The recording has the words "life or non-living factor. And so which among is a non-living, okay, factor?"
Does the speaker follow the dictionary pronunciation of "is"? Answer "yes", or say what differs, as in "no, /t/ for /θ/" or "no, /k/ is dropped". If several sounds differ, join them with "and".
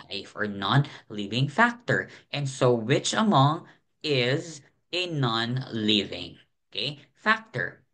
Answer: yes